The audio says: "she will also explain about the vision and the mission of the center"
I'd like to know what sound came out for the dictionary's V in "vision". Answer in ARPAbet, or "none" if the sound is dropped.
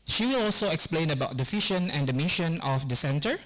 F